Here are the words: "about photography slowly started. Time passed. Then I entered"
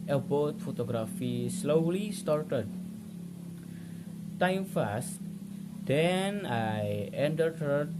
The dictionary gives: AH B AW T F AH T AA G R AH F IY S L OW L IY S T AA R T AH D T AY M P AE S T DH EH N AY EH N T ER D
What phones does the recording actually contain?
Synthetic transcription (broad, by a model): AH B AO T F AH T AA G R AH F IY S L OW L IY S T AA R T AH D T AY M F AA S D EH N AY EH N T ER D